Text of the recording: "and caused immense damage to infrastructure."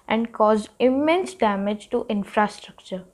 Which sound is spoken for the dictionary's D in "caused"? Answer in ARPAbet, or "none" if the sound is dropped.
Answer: none